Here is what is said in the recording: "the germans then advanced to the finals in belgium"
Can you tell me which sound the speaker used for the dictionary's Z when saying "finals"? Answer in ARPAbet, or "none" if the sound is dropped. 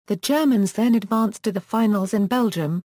Z